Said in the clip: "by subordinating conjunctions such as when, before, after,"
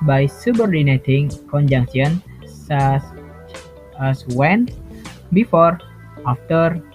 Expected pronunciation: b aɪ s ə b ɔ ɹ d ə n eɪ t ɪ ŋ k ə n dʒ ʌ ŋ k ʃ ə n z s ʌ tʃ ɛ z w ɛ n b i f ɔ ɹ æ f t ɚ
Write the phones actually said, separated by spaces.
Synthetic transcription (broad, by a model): b aɪ s ə b ɔ ɹ d ə n eɪ t ɪ ŋ k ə n dʒ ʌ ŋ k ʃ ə n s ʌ s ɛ s w ɛ n b i f ɔ ɹ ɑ f t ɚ